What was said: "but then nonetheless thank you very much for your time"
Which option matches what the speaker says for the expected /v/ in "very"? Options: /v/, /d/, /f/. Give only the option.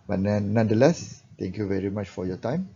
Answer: /v/